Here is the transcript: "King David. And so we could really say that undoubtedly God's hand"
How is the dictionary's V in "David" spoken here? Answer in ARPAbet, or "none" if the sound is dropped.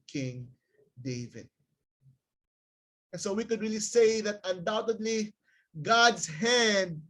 V